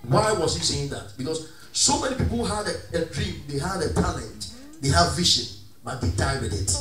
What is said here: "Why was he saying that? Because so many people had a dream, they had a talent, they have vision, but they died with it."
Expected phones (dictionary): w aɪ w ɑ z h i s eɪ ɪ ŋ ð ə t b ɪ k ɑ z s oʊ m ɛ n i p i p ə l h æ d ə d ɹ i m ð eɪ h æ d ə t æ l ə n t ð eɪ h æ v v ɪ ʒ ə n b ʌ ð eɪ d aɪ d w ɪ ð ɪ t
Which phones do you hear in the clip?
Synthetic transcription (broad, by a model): w aɪ w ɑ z h i s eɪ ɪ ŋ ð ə t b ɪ k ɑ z s oʊ m ɛ n i p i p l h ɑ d ə d ɹ i m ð eɪ h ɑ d ə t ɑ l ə n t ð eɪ h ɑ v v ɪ ʃ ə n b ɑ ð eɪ d aɪ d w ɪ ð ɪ t